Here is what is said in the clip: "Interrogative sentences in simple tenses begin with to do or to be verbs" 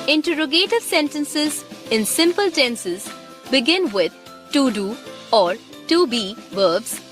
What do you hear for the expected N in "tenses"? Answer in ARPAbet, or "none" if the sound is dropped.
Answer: N